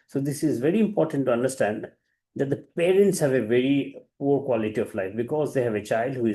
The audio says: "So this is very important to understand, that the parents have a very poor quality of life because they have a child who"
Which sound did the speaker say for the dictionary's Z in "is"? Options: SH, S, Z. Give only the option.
Z